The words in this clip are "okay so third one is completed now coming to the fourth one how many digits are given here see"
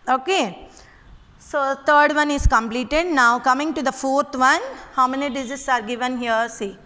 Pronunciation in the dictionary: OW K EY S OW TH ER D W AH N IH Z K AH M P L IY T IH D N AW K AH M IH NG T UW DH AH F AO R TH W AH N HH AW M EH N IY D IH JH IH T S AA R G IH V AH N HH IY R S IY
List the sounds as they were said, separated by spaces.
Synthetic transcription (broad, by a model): OW K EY S OW T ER D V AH N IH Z K AH M P L IY T IH D N AW K AH M IH NG T UW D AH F AO R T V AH N HH AW M EH N IY D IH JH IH S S AA R G IH V AH N HH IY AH S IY